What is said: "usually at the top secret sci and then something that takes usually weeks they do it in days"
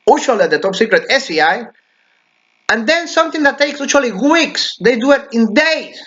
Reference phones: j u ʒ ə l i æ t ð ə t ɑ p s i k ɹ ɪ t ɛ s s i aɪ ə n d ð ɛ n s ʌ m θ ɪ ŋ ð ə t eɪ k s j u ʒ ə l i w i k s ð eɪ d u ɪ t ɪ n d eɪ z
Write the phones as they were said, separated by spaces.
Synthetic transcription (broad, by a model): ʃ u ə l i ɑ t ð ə t ɑ p s i k ɹ ɪ t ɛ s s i aɪ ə n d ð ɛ n s ʌ m θ ɪ ŋ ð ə t eɪ k s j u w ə l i w i k s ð eɪ d u ɪ t ɪ n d eɪ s